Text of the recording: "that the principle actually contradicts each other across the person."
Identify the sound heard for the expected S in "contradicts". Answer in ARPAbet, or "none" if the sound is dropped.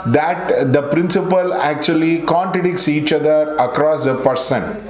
S